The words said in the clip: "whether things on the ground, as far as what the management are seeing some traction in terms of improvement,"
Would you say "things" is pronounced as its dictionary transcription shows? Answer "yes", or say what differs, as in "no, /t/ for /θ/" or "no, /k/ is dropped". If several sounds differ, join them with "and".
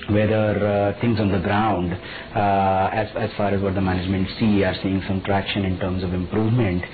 no, /t/ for /θ/